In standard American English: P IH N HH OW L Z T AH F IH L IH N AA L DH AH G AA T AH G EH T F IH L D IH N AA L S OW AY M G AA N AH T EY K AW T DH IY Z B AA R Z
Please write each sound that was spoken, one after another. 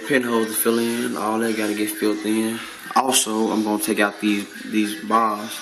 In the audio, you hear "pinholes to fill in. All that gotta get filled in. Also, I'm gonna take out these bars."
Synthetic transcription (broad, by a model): P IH N HH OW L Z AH F IH L IH N AA L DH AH G AA T AH G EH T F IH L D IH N AA L S OW AY M G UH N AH T EY K AW T DH IY Z B AA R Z